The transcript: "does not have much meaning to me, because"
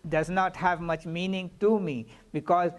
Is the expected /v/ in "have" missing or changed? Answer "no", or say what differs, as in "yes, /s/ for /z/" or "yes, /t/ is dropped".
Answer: no